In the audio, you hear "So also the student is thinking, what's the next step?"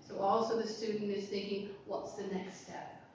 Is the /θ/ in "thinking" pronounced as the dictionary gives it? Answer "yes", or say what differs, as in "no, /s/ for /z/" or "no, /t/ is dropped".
yes